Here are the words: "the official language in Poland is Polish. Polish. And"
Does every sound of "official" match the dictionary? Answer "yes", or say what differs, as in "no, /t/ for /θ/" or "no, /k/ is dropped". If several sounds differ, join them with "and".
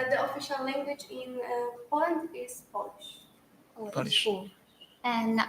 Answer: yes